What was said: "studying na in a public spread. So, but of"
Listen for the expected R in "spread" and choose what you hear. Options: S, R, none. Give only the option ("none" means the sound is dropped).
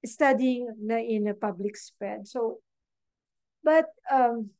none